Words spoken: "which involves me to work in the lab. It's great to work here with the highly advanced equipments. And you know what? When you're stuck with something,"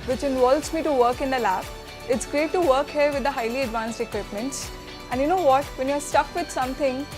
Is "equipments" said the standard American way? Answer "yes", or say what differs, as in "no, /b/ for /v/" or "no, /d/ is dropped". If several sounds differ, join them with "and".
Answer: yes